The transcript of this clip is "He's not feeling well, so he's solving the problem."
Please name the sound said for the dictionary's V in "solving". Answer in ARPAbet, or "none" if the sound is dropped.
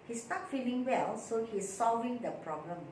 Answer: V